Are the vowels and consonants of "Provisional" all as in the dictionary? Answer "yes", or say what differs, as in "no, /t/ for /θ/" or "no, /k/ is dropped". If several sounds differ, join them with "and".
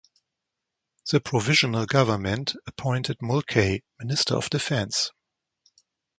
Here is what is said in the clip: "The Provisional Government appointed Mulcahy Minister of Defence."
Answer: yes